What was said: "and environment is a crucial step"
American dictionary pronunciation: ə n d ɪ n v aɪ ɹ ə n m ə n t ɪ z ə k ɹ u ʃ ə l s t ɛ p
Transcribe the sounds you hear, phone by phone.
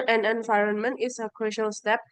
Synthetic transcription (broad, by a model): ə n ɪ n v aɪ ɹ ə n m ə n t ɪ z ə k ɹ u ʃ ə l s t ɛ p